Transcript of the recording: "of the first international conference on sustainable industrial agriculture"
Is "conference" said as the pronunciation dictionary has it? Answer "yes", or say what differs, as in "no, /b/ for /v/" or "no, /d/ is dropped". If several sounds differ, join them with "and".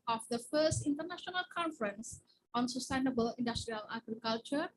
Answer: yes